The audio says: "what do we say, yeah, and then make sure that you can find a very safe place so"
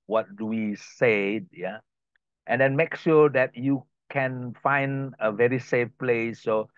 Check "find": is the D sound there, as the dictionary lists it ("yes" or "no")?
yes